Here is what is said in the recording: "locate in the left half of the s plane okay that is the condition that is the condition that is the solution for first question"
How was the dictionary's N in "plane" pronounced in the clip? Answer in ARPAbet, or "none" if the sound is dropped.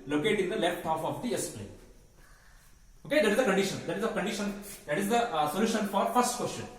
none